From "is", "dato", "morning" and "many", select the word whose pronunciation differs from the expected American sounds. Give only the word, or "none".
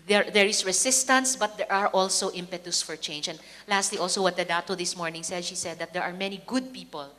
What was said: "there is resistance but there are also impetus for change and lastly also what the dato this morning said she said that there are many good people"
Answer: is